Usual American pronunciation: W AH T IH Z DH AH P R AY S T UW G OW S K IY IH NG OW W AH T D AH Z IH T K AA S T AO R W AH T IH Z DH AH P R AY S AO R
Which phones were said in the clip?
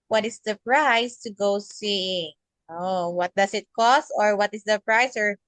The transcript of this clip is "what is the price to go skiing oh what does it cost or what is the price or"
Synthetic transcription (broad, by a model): W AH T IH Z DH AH P R AY S T UW G OW S IY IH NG OW W AH T D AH S IH T K AA S T AO R W AH T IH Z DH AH P R AY S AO R